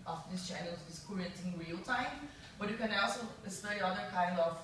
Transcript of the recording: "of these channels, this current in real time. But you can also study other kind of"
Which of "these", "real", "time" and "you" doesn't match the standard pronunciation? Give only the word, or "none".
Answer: these